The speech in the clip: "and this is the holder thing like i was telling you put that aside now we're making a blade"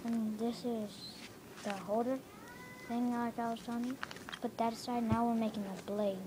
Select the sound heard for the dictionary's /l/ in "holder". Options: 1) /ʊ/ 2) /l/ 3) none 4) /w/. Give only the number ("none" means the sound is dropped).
3